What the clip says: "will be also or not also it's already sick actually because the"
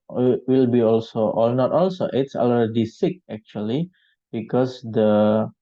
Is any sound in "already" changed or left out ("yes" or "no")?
yes